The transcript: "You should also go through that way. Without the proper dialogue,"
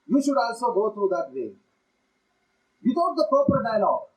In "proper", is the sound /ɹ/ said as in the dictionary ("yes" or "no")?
no